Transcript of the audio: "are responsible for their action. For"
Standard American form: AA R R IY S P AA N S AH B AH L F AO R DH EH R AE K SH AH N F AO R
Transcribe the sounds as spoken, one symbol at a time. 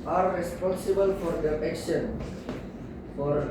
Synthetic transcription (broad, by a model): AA R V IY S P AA S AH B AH L F AO R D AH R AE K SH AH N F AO R